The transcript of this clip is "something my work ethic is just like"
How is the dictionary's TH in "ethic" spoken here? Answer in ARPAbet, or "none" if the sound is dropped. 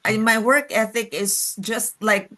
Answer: TH